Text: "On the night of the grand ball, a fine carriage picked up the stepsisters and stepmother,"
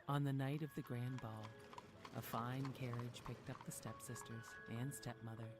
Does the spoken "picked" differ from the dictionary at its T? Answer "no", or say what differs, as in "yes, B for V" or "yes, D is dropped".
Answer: no